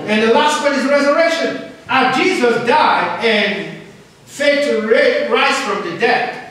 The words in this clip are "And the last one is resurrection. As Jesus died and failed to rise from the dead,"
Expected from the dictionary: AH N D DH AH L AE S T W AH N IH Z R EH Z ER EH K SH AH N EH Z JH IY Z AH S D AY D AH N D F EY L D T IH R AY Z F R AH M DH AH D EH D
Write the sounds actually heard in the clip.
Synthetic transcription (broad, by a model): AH N DH AH L AE S T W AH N IH Z R EH Z ER EH K SH AH N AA JH IY Z AH S D AY D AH N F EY D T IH R AY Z F R AH M DH AH D EH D